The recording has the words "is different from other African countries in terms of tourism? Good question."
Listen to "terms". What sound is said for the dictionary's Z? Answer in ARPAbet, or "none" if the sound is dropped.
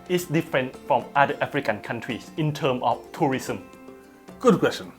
none